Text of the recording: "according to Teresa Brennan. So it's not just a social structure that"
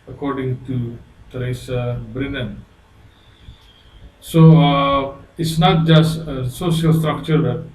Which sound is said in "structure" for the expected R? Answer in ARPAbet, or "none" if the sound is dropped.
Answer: R